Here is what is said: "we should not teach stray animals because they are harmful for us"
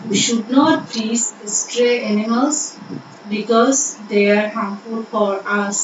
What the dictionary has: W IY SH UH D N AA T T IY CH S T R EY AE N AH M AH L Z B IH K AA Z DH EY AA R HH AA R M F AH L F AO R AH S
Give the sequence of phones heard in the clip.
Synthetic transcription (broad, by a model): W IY SH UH D N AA T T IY S S T R EY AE N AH M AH L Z B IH K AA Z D EY AA R HH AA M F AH L F AO R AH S